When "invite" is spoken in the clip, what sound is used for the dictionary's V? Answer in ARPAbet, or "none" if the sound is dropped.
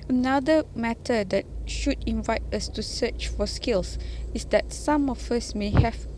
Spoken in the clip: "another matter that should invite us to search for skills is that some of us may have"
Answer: V